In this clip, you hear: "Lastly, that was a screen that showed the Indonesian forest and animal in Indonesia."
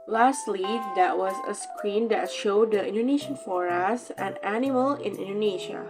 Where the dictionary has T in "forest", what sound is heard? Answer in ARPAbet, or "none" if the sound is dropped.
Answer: none